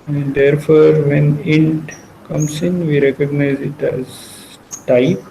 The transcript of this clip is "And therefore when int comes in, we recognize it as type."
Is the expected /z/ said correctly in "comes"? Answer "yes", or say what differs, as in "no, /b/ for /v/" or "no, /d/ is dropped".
no, /s/ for /z/